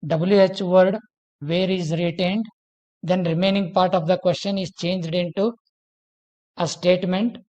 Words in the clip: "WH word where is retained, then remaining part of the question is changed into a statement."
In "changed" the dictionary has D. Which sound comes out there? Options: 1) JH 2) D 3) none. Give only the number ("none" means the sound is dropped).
2